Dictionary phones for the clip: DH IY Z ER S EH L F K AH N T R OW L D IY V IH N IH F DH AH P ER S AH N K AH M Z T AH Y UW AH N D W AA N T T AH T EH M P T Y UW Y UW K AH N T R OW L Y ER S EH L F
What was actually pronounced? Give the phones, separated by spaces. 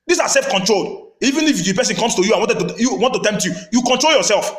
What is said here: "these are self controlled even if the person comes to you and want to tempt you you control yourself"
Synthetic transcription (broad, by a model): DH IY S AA S EH L F K AH N T R OW L D IY V IH N IH F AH P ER S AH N K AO M S T AH Y UW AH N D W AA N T T AH T EH M P T Y UW Y UW K AH N T R OW L Y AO S EH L F